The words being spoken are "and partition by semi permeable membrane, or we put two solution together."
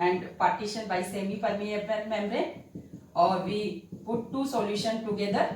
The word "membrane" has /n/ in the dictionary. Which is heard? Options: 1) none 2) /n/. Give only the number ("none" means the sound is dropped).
1